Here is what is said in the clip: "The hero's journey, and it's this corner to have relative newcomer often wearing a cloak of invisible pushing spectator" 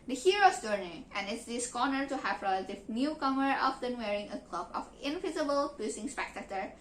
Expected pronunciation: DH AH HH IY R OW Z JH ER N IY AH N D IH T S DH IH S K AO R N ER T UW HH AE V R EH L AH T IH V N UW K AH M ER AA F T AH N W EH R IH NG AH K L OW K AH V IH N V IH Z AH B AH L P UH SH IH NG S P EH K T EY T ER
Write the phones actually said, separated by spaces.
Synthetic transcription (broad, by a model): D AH HH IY R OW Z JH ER N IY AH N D IH T S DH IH S K AO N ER T UW HH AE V R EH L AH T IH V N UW K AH M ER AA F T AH N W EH R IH NG AH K L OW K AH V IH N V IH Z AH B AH L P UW S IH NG S P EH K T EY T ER